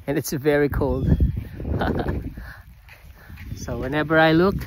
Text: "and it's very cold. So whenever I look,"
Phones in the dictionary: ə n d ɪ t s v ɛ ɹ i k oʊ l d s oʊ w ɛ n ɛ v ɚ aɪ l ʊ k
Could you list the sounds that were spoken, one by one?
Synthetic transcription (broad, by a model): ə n ɪ t s v ɛ ɹ i k oʊ l d s oʊ w ɛ n ɛ v ɚ aɪ l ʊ k